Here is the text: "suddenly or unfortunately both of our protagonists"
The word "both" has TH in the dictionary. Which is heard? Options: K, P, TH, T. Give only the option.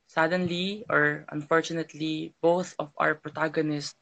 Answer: TH